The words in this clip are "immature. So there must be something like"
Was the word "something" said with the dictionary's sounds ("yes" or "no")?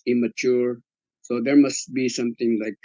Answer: no